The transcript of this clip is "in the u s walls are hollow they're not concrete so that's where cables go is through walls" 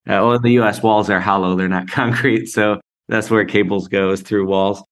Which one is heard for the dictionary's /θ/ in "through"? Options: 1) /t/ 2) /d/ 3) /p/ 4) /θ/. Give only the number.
4